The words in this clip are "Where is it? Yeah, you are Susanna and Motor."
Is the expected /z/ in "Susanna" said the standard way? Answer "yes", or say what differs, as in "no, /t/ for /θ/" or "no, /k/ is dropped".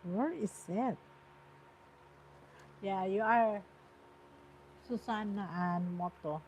no, /s/ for /z/